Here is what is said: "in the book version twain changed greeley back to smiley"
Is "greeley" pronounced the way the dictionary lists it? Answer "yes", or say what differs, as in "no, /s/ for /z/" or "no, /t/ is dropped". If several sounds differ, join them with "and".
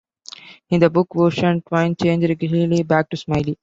no, /l/ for /ɹ/